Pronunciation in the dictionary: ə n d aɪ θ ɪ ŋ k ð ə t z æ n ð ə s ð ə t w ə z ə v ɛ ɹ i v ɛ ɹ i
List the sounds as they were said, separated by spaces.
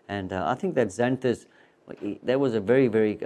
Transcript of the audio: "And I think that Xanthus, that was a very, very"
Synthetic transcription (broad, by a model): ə n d aɪ θ ɪ ŋ k ð ə t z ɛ n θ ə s ð ə t w ə z ə v ɛ ɹ i v ɛ ɹ i